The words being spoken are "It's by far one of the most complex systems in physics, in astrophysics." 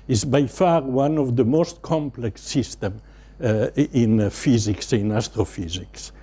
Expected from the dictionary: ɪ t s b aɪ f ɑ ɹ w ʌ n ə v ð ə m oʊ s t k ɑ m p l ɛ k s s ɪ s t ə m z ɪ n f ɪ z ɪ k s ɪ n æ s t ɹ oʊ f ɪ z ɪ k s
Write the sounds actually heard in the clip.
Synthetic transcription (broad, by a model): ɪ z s b aɪ f ɑ ɹ w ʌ n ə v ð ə m oʊ s t k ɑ m p l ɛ k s s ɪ s t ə m ɪ n f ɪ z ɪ k s ɪ n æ s t ɹ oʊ f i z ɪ k s